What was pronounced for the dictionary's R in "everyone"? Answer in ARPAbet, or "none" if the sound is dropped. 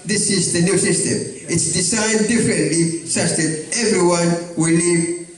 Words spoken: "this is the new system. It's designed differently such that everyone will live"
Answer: R